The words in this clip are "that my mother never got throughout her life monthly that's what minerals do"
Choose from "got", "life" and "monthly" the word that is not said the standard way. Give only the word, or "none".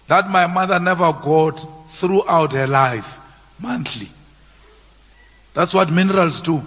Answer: monthly